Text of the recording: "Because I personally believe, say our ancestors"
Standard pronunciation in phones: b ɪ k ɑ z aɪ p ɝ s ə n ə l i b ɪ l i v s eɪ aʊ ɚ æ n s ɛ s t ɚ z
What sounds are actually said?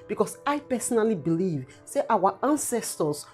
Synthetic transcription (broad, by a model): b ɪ k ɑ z aɪ p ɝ s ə n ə l i b ɪ l i v s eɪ aʊ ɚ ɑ n s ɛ s t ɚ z